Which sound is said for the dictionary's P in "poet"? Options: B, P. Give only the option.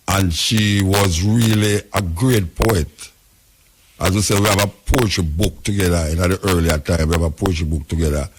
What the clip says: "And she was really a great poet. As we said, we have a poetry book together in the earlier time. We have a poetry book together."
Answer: P